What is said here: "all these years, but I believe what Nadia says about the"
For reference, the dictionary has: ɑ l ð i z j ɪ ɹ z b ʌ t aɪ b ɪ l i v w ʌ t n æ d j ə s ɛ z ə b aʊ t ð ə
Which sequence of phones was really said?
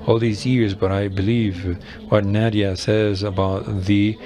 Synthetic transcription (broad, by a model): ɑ l ð i z j ɪ ɹ z b ʌ t aɪ b ɪ l i v w ʌ t n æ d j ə s ɛ z ə b aʊ t ð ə